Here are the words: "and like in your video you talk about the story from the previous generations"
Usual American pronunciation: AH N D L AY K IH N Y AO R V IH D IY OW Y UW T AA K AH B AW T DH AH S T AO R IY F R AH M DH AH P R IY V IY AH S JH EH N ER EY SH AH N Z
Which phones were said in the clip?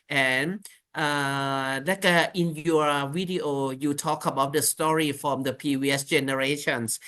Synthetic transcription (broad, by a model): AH N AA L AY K IH N Y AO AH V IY D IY OW Y UW T AA K AH B AW T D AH S T AO R IY F R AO M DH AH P IY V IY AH S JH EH N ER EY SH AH N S